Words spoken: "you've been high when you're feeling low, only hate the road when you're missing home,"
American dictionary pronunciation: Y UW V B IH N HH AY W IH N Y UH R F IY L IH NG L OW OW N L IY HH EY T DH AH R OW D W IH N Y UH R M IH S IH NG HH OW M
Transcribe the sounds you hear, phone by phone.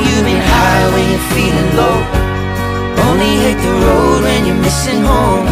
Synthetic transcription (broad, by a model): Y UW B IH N HH AY W IH N Y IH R F IY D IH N L OW OW N L IY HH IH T DH AH R OW D W IH N Y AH R M IH S IH NG HH OW M